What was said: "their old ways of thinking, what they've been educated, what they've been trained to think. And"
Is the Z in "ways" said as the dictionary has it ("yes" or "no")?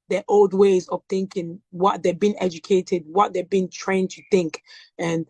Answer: yes